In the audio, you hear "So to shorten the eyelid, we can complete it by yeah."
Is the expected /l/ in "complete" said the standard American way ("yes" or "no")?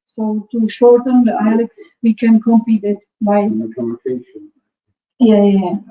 no